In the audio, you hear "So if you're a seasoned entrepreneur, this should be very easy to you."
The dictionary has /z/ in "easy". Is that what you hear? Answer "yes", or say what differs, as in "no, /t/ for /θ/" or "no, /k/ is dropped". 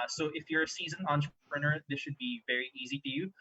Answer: yes